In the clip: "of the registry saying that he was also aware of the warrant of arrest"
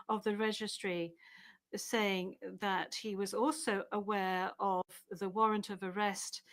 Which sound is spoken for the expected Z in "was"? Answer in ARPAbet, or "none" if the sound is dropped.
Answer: Z